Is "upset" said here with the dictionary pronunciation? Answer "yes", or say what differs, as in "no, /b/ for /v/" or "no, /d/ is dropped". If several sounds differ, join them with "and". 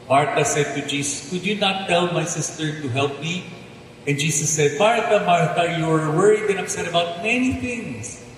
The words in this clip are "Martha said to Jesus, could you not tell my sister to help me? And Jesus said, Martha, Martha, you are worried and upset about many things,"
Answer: no, /p/ is dropped